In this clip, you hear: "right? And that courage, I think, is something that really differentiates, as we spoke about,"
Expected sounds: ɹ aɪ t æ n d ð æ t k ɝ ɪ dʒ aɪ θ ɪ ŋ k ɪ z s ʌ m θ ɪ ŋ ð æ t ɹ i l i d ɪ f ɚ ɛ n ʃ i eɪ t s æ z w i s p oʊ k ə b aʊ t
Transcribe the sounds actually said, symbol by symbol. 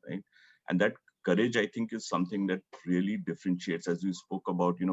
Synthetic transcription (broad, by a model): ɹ aɪ t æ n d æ t k ɝ ɪ dʒ aɪ t ɪ ŋ k ɪ z s ʌ m t ɪ ŋ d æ t ɹ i l i d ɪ f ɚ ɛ n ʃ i eɪ t s æ z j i s p oʊ k ə b aʊ t